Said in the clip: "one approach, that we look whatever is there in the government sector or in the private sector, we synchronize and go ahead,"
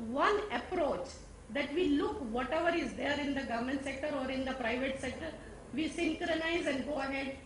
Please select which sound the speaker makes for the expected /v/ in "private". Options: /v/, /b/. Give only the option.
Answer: /v/